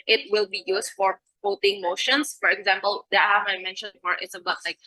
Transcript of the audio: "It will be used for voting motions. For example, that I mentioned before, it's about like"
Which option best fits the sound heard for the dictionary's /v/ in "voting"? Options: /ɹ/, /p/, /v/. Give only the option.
/p/